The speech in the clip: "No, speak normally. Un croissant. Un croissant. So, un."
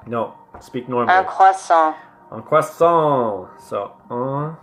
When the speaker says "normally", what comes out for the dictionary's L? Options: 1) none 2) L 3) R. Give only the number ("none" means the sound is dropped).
1